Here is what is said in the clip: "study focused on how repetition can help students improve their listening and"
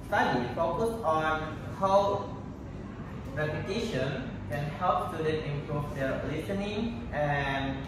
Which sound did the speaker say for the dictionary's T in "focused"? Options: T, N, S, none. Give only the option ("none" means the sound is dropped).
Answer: none